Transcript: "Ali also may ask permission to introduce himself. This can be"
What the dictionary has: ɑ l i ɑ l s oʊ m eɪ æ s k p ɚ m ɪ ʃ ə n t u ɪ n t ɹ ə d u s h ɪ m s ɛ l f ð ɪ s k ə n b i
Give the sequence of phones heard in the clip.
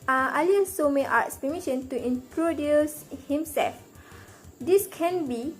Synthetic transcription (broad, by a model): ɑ l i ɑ s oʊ m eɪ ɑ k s p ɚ m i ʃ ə n t u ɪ n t ɹ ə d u s h ɪ m s ɛ l f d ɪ s k ə n b i